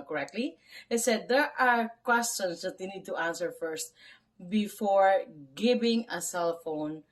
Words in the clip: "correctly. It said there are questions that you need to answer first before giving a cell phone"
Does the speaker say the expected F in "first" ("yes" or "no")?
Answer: yes